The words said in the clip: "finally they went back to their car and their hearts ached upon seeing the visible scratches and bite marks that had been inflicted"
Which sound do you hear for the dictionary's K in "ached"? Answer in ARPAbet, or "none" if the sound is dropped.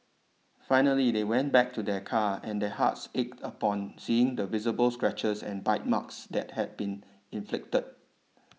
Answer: K